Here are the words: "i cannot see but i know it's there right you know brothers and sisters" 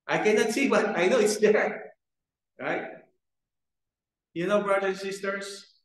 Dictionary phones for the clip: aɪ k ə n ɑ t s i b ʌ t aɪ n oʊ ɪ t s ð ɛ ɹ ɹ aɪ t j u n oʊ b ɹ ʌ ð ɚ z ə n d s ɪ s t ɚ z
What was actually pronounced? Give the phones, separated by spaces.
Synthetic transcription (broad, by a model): aɪ k ə n ɑ t s i b ʌ t aɪ n oʊ ɪ t s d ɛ ɹ ɹ aɪ t j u n oʊ b ɹ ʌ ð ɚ ə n s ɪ s t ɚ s